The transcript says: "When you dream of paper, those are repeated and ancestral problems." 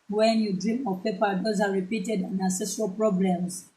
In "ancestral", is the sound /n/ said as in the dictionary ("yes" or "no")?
no